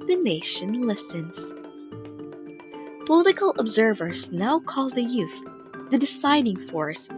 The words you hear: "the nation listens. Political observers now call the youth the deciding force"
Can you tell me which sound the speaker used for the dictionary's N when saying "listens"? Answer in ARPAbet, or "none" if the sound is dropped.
N